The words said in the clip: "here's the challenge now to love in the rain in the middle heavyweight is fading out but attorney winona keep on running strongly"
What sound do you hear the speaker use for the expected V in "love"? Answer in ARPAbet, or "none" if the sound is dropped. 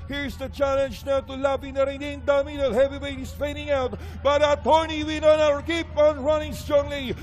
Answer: P